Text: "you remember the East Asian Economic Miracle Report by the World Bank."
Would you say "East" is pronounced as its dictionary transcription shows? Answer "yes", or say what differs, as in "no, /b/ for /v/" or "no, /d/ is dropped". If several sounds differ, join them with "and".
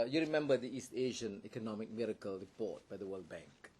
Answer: yes